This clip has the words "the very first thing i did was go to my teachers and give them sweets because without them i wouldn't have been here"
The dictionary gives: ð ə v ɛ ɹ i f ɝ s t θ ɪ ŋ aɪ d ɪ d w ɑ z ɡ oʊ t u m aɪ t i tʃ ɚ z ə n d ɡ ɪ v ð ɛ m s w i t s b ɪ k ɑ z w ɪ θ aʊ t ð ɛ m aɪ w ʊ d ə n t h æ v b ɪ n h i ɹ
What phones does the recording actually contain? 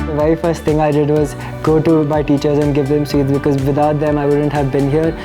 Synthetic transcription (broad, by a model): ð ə v ɛ ɹ i f ɝ s t t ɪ ŋ aɪ d ɪ d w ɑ z ɡ oʊ t u m aɪ t i tʃ ɚ z ə n d ɡ ɪ v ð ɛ m s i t b ɪ k ɑ z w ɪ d aʊ t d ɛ m aɪ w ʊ d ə n t h æ v b ɪ n h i ɹ